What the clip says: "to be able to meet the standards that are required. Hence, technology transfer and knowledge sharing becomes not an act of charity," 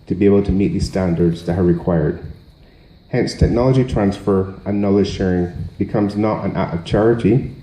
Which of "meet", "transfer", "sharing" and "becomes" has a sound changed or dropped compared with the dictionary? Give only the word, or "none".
none